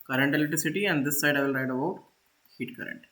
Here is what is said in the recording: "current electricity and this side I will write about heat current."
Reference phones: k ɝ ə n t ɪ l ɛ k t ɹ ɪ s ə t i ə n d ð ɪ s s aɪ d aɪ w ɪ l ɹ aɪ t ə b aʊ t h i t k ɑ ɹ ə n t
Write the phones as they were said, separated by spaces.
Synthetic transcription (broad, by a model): k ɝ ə n t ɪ l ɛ t ɹ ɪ s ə t i ə n d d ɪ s s aɪ d aɪ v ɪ l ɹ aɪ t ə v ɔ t h i t k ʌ ɹ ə n t